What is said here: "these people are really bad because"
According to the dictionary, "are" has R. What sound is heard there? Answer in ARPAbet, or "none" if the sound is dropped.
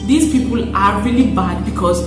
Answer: R